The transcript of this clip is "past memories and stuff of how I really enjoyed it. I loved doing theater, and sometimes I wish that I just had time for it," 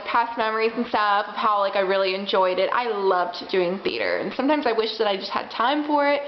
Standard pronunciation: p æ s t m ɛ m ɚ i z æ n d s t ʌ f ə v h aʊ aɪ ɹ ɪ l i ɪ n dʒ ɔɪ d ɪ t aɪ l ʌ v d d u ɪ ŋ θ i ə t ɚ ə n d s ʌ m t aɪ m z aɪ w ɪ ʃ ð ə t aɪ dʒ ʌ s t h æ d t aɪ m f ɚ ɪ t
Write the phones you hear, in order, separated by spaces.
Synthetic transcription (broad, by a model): p æ s m ɛ m ɚ i z n s t ʌ f ə v h aʊ aɪ ɹ ɪ l i ɪ n dʒ ɔɪ d ɪ t aɪ l ʌ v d d u ɪ ŋ θ i t ɚ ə n s ʌ m t aɪ m z aɪ w ɪ ʃ ð ə t aɪ dʒ ʌ s t h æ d t aɪ m f ɚ ɪ t